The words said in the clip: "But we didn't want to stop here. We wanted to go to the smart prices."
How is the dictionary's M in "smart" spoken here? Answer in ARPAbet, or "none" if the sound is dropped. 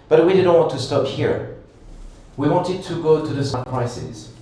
none